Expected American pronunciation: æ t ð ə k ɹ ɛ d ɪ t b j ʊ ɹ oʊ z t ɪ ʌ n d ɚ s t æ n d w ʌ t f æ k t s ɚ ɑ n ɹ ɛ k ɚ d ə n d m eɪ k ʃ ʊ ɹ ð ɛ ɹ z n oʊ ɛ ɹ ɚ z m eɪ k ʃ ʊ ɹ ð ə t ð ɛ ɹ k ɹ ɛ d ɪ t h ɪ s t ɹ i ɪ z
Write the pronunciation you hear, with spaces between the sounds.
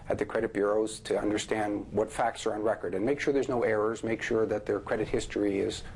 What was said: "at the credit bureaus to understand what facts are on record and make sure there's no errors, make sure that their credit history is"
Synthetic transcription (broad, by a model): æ t ð ə k ɹ ɛ d ɪ t b j ʊ ɹ oʊ z t ɪ ʌ n d ɚ s t æ n d w ʌ t f æ k t s ɚ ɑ n ɹ ɛ k ɚ d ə n m eɪ k ʃ ʊ ɹ ð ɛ ɹ z n oʊ ɛ ɹ ɚ z m eɪ k ʃ ʊ ɹ ð ə t ð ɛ ɹ k ɹ ɛ d ɪ t h ɪ s t ɹ i ɪ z